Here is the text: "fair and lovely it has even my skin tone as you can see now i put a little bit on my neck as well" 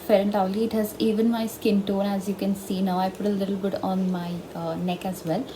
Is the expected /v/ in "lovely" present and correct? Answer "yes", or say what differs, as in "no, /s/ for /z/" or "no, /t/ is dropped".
no, /v/ is dropped